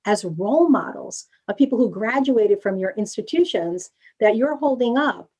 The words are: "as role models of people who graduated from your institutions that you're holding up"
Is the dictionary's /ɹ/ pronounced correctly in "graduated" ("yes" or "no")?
yes